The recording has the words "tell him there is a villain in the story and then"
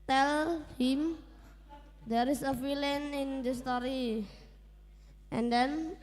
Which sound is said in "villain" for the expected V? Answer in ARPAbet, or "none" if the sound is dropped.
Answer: F